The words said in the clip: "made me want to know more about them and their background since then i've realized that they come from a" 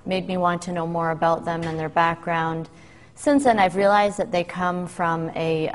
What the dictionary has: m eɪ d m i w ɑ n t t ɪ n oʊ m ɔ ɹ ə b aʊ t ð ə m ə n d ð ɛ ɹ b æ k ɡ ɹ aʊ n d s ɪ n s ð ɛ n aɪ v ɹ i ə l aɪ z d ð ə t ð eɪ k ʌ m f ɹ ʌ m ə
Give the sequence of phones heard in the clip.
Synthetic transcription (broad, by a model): m eɪ d m i w ɑ n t t ɪ n oʊ m ɔ ɹ ə b aʊ t ð ə m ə n ð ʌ ɹ b æ k ɡ ɹ aʊ n d s ɪ n s ð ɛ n aɪ v ɹ i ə l aɪ z ð ə t ð eɪ k ʌ m f ɹ ʌ m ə